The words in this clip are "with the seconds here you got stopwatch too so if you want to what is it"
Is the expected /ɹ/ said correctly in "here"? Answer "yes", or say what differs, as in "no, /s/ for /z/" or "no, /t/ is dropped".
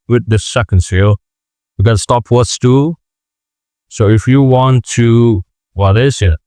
no, /l/ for /ɹ/